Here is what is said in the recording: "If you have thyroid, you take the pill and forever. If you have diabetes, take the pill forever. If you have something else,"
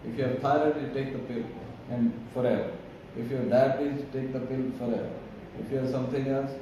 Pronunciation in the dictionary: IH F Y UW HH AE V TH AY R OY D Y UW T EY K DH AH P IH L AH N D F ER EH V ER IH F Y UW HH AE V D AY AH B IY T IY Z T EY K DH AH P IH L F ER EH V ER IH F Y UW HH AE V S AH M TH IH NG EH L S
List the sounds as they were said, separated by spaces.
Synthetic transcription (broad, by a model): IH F Y UW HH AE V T AY AH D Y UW T EY K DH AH P IH L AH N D F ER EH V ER IH F Y UW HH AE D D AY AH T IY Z T EY K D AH P IH L F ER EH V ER IH F Y UW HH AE S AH M T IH NG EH L S